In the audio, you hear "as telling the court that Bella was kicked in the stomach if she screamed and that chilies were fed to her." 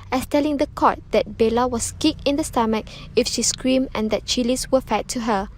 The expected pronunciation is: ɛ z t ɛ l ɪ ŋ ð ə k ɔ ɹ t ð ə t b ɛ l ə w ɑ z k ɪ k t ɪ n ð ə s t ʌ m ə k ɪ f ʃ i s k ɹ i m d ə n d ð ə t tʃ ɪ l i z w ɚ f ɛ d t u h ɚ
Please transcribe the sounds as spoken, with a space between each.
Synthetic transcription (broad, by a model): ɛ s t ɛ l ɪ ŋ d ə k ɔ t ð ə t b ɛ l ə w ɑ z k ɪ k ɪ n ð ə s t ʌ m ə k ɪ f ʃ i s k ɹ i m ə n d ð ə t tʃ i l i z w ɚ f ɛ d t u h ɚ